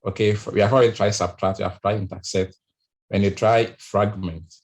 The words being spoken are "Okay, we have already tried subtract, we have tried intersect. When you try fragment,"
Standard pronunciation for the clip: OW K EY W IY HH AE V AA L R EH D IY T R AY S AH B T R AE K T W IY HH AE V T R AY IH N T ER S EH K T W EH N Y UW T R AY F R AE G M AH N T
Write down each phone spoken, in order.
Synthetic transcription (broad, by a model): OW K EY W IY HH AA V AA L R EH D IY T R AY S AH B T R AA K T W IY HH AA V T R AY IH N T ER S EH T W EH N Y UW T R AY F R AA G M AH N T